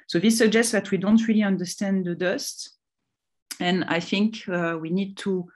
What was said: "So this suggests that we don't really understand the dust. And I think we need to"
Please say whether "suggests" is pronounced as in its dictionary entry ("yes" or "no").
yes